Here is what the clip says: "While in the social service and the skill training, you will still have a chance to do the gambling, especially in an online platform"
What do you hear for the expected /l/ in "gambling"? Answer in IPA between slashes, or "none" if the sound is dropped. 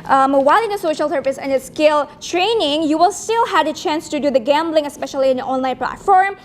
/l/